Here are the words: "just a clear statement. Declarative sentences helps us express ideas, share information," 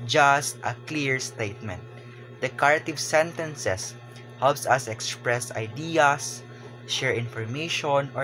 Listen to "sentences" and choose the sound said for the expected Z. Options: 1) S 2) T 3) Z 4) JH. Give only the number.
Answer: 1